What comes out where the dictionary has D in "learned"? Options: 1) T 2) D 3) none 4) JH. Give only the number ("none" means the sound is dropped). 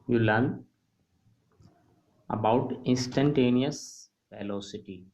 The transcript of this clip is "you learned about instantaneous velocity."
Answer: 3